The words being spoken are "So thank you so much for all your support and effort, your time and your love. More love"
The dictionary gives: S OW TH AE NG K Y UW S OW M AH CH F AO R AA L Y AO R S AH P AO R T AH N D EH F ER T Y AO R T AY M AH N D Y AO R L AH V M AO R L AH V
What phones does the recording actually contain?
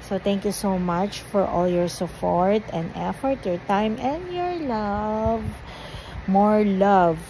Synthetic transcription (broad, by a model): S OW T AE NG K Y UW S OW M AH CH F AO R AA L Y AO R S AH P AO R T AH N D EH F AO T Y AO R T AY M AH N D Y AO R L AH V M AO R L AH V